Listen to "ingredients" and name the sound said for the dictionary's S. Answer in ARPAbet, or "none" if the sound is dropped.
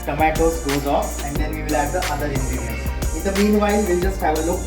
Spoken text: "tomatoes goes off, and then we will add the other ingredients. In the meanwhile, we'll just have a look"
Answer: none